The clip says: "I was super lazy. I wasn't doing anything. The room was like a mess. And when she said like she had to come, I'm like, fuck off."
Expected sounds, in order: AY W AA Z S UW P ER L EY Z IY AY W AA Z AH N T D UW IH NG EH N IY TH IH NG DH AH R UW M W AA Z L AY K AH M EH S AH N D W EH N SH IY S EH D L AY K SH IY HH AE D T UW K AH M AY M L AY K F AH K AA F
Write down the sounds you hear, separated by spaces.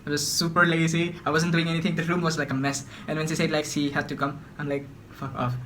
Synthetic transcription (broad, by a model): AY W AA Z S UW P ER L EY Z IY AY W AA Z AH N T D UW IH NG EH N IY T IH NG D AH R UW M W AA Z L AY K AH M EH S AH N W EH N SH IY S EH D L AY K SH IY HH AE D T UW K AH M AY M L AY K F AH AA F